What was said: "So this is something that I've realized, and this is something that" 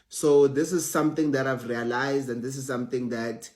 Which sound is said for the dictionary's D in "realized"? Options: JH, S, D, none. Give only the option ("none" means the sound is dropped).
D